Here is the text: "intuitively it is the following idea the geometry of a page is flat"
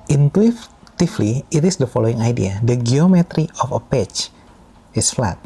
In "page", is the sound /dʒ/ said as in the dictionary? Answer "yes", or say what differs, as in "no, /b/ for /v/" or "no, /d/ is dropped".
no, /tʃ/ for /dʒ/